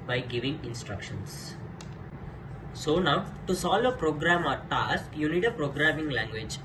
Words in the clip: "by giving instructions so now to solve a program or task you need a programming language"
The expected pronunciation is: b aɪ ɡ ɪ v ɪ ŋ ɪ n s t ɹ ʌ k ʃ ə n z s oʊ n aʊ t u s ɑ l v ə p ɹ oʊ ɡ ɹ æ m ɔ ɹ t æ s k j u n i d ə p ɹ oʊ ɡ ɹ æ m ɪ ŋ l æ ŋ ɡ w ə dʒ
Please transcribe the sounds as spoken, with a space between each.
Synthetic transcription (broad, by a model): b aɪ ɡ ɪ v ɪ ŋ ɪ n s t ɹ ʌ k ʃ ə n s s oʊ n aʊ t u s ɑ l ə p ɹ oʊ ɡ ɹ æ m ɔ ɹ t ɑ s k j u n i d ə p ɹ oʊ ɡ ɹ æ m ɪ ŋ l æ ŋ ɡ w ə dʒ